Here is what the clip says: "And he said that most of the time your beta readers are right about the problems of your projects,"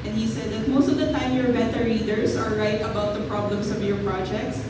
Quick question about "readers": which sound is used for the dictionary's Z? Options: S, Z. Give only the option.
S